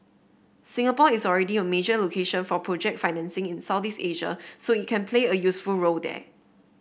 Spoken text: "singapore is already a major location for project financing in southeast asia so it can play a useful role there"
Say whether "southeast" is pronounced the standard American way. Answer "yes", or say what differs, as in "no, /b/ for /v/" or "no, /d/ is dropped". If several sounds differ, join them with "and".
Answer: no, /t/ is dropped